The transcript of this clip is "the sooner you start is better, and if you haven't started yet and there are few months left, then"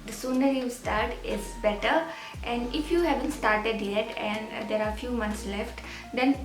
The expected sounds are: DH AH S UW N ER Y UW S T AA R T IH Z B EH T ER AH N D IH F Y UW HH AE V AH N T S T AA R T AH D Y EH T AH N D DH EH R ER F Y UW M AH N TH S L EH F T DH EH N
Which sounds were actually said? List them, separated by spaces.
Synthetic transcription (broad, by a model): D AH S UW N ER Y UW S T AA R T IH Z B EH T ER AH N D IH F Y UW HH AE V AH N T S T AA R T AH D Y EH T AH N D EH R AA F Y UW M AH N T S L EH F T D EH N